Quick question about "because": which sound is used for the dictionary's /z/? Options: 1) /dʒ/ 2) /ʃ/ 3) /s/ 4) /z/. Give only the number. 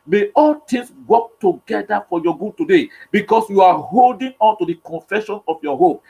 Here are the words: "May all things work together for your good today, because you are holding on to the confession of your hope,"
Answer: 3